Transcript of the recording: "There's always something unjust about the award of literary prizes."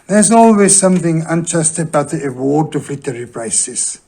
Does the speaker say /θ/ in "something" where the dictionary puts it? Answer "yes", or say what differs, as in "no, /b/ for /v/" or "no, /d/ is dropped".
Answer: yes